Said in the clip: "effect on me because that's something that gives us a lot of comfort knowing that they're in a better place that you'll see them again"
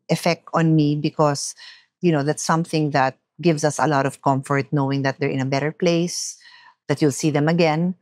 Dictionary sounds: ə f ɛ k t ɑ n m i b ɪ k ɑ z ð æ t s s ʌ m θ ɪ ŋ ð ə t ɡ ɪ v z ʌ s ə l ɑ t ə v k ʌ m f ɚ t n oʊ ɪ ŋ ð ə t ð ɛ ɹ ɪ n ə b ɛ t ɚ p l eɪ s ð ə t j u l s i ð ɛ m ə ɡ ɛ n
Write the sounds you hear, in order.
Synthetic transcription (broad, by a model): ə f ɛ k t ɑ n m i b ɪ k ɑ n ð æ t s s ʌ m θ ɪ ŋ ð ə t ɡ ɪ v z ʌ s ə l ɑ t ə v k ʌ m f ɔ t n oʊ ɪ ŋ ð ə t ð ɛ ɹ ɪ n ə b ɛ t ɚ p l eɪ s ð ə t j u l s i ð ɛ m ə ɡ ɛ n